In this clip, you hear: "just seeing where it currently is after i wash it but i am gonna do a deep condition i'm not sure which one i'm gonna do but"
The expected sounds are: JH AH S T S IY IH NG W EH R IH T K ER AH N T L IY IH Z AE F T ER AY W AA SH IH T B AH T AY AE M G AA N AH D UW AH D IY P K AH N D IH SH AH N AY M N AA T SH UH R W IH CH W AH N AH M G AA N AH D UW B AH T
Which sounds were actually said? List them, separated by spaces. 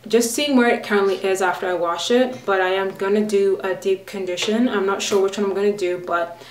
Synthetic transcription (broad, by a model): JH AH S T S IY IH NG W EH R IH T K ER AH N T L IY IH Z AE F T ER AY W AA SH IH T B AH T AY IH M G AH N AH D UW AH D IY P K AH N D IH SH AH N AY M N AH T SH UH R W IH CH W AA AH M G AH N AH D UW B AH T